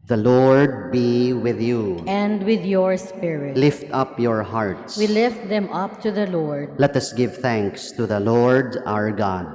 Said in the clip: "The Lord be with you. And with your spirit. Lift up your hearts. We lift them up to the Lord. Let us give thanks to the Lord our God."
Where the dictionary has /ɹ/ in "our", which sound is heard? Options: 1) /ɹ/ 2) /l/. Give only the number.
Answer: 1